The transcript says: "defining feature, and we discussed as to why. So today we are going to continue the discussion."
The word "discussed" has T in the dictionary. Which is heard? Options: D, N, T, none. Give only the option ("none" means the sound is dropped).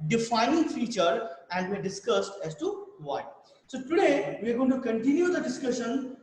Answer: T